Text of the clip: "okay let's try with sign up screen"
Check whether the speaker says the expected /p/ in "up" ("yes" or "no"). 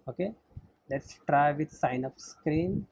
no